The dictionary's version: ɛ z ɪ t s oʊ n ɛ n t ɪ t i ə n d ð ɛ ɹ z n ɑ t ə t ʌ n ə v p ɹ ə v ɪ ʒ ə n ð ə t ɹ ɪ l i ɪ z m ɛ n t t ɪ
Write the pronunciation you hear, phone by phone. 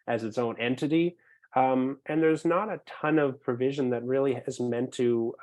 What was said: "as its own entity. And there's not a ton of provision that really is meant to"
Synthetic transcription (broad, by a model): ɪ z ɪ t s oʊ n ɛ n t ɪ t i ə n ð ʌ ɹ z n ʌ t ə t ʌ n ə v p ɹ ə v ɪ ʒ ə n ð ə t ɹ ɪ l i ɪ z m ɛ n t t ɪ